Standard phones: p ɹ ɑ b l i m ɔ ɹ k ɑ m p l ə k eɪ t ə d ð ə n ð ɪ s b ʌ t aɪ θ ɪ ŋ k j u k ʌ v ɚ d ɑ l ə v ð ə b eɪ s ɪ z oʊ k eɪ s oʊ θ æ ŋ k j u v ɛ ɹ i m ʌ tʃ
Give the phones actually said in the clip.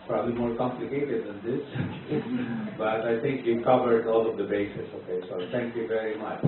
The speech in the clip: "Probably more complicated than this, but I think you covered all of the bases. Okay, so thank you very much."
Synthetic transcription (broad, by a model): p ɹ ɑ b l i m ɔ ɹ k ɑ m p l ə k eɪ t ə d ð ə n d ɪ s b ʌ t aɪ t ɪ ŋ k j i k ʌ v ɚ d ɑ l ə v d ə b eɪ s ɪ s oʊ k eɪ s oʊ t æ ŋ k j u v ɛ ɹ i m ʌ tʃ